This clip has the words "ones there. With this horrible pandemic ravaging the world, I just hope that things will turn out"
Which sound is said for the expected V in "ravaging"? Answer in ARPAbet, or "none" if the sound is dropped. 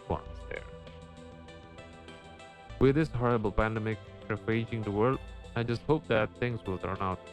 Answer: none